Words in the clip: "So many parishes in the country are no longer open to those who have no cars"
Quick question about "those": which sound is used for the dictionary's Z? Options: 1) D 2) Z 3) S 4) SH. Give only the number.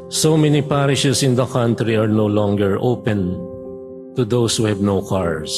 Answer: 3